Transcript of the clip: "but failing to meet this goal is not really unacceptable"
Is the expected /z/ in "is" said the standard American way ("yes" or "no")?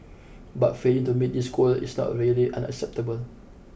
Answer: no